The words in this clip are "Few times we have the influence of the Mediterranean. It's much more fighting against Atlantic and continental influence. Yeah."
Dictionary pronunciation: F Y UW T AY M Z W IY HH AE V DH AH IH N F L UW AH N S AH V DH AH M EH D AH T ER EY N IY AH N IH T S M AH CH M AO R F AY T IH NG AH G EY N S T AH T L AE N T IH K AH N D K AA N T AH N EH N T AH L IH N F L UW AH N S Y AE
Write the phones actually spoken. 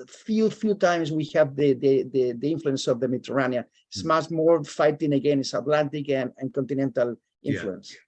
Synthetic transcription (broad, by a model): F Y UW T AY M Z W IY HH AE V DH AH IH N F L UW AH N S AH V DH AH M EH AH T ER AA N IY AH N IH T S M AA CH M AO R F AY T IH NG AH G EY N S AH T L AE N T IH K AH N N K AA N T AH N EH N T AH L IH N F L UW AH N S